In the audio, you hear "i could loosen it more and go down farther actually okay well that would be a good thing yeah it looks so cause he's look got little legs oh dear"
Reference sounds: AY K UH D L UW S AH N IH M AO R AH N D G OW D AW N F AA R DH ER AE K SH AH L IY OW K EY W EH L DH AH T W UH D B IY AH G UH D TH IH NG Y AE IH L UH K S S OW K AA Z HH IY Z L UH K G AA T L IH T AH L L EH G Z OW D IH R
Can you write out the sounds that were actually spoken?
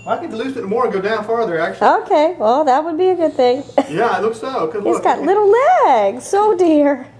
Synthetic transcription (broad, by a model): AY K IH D L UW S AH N M AO R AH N G OW D AW N F AA R DH ER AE K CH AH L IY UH K EY W EH L DH AH T W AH D B IY AH G UH D TH IH NG Y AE IH L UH K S S OW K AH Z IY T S G AA T L IH T L L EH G S OW D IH R